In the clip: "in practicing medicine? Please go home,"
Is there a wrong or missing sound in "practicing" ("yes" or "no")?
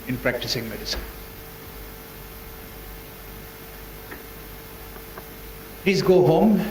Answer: no